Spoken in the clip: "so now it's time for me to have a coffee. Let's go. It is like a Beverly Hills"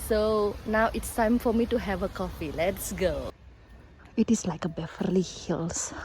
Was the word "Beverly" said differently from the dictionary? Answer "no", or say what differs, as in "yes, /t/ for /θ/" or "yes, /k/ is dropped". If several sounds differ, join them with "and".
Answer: yes, /f/ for /v/